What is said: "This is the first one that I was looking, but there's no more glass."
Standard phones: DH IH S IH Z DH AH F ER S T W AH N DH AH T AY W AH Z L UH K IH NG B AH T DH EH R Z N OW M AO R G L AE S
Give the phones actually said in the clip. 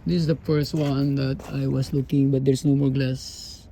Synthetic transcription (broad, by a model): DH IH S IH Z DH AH F ER S T W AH N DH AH T AY W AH S L UH K IH NG B AH T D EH R S N OW M AO R G L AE S